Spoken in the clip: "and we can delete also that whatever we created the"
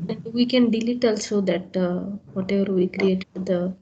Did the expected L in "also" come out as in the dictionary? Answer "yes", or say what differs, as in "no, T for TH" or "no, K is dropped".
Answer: yes